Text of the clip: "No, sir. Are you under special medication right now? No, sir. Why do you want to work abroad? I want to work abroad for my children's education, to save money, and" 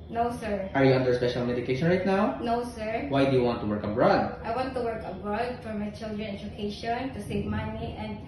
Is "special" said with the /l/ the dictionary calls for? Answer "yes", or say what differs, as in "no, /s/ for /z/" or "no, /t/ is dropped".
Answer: yes